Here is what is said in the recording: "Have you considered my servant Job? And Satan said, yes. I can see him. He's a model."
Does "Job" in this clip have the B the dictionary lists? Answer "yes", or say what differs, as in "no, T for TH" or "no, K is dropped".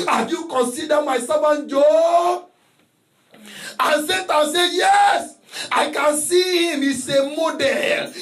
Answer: no, B is dropped